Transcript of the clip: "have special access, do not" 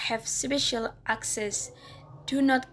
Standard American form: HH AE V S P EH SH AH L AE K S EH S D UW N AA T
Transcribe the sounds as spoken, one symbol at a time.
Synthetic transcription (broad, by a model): HH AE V S B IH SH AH L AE K S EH S D UW N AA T